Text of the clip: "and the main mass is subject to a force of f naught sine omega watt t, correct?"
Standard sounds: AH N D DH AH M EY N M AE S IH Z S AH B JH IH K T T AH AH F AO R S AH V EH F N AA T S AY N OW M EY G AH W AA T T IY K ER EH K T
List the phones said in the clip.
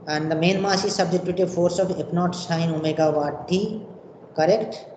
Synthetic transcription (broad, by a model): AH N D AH M EY N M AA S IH S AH B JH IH T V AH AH F AO R S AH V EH P N AA T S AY N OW M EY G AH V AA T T IY K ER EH K T